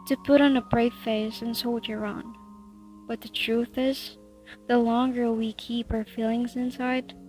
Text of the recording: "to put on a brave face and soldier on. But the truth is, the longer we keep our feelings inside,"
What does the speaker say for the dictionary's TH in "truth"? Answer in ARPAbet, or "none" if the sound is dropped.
TH